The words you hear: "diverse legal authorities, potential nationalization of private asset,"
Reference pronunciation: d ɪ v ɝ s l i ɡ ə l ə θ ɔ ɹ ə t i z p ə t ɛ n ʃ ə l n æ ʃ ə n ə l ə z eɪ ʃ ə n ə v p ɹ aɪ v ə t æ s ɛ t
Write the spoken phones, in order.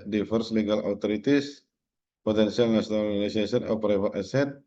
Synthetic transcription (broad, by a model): d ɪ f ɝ s l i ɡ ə l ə t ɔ ɹ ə t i s p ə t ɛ n s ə l n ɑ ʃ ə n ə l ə s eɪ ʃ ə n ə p ɹ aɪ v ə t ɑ s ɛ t